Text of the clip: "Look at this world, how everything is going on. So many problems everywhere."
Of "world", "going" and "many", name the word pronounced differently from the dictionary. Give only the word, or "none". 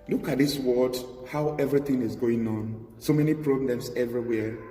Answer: world